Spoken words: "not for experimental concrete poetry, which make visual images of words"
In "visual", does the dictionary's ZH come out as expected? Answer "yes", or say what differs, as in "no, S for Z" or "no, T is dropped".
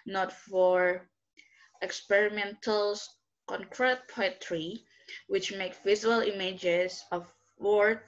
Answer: no, Z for ZH